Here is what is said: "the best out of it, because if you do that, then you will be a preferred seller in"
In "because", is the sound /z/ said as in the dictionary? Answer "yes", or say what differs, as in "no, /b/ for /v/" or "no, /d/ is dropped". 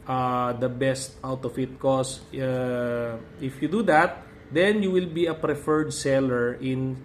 no, /z/ is dropped